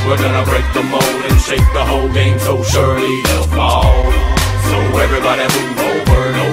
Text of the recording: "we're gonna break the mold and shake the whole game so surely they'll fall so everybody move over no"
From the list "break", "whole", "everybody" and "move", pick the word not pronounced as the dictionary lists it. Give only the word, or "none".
move